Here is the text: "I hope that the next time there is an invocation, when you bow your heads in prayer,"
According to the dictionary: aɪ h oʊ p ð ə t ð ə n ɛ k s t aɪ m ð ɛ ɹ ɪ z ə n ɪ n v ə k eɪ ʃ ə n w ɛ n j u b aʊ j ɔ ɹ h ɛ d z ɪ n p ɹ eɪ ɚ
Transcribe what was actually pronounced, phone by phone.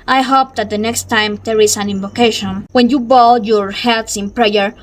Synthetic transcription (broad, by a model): aɪ h oʊ p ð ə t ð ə n ɛ k s t aɪ m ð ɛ ɹ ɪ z ə n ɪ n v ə k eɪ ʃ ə n w ɛ n j u b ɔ j ɔ ɹ h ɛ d s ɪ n p ɹ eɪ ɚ